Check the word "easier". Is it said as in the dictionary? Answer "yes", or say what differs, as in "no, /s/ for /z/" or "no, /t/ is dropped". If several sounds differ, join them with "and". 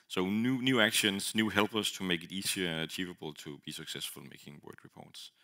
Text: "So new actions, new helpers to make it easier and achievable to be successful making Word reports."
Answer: no, /s/ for /z/